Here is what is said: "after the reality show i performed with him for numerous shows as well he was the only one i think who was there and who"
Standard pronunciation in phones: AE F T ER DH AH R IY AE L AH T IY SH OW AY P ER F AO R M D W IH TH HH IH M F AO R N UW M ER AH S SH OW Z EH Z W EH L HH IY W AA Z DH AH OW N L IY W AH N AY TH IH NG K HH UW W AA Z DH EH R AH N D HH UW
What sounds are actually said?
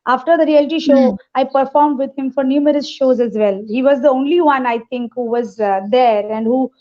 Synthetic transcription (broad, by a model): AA F T ER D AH R IY AE L AH T IY SH OW AY P ER F AO R M D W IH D HH IH M F AO R N UW M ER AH S SH OW Z EH Z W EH L HH IY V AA Z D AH OW N L IY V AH N AY T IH NG K HH UW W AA Z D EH R AH N D HH UW